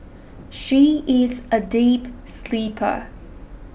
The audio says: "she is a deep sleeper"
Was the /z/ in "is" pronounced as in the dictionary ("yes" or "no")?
yes